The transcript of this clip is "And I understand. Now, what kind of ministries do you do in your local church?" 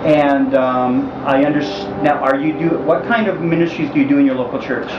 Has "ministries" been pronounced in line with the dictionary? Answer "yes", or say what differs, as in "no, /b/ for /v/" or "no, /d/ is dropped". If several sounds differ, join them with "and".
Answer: yes